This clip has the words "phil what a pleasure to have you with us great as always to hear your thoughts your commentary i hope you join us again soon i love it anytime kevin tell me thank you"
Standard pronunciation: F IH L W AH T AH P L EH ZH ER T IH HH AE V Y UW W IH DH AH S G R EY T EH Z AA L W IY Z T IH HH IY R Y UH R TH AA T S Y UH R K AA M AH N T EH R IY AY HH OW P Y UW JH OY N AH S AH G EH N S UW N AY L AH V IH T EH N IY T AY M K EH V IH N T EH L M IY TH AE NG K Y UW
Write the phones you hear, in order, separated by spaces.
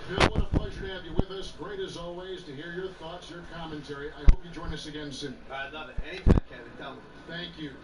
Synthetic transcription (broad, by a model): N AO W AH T AH P L EH ZH ER T IH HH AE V Y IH W IH DH AH S G R EY T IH Z AA L W IY Z T IH HH IY R Y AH R TH AA T S Y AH R K AA M AH N T EH R IY AY HH OW P Y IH JH OY N AH S AH G EH N S UW N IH L AH V IH T EH N IY T AY M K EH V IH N T EH L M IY TH AE NG K Y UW